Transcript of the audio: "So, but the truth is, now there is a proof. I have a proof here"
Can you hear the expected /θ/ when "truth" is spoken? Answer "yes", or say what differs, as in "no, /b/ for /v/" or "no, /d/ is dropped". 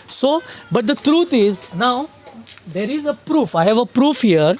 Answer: no, /t/ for /θ/